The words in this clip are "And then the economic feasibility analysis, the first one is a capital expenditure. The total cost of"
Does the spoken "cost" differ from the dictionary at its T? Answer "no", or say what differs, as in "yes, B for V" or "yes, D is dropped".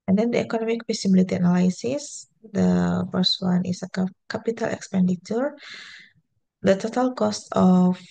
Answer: no